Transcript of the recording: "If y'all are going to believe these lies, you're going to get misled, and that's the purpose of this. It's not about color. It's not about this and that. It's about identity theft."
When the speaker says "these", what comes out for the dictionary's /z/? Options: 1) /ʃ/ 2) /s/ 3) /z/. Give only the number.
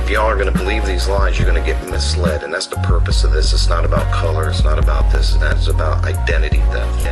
3